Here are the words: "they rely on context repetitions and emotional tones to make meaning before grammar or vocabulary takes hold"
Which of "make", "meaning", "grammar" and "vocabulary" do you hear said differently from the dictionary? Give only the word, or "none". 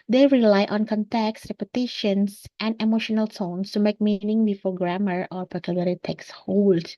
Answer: vocabulary